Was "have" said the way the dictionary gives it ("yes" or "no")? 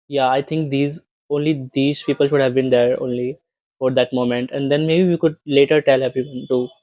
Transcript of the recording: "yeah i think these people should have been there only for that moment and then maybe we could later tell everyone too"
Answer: yes